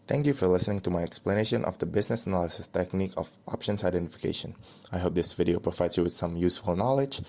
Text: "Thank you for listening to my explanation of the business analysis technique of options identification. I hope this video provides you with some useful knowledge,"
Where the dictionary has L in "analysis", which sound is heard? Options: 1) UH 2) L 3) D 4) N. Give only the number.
2